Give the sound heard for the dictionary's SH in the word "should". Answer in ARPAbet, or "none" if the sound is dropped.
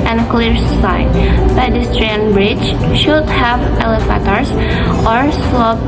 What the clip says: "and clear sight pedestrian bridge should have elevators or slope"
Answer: SH